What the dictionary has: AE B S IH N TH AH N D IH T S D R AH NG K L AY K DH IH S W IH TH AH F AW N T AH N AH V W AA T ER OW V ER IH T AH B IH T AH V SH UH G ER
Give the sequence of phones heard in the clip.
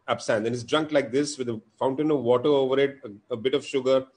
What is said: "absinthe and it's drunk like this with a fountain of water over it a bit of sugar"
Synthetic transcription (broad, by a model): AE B S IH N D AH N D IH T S D R AH NG K L AY K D IH S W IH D AH F AW N T AH N AH V AA T ER OW V ER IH T AH B IH T AH V SH UH G ER